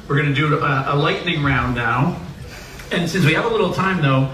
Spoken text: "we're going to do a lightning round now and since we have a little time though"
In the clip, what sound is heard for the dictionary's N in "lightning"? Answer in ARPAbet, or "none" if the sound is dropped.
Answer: N